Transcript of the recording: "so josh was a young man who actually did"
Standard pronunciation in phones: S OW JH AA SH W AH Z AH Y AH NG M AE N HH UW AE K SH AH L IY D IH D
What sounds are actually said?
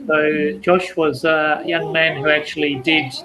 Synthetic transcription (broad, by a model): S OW JH AA SH W AH Z AH Y AH NG M AE N HH UW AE K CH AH L IY D IH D